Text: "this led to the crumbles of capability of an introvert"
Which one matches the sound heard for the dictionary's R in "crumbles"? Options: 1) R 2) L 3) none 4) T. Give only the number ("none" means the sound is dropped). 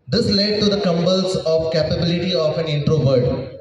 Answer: 3